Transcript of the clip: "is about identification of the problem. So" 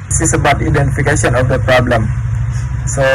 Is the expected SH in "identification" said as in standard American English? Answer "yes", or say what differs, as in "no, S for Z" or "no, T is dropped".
no, S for SH